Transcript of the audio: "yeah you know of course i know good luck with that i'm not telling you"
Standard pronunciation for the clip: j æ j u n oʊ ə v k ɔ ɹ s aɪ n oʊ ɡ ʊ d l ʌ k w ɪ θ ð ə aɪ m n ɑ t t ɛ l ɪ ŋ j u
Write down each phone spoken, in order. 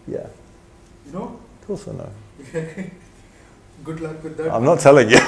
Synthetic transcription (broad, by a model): j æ j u n oʊ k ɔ l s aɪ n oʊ ɡ ʊ d l ʌ k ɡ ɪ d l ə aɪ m n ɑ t t ɛ l ɪ ŋ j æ